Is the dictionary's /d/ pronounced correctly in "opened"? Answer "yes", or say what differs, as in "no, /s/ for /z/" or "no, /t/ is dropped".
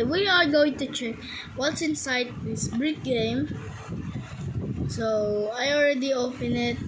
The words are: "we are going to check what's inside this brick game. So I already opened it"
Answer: no, /d/ is dropped